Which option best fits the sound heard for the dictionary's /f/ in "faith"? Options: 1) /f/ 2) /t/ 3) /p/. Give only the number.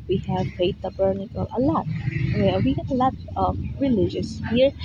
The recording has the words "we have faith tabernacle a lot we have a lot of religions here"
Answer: 3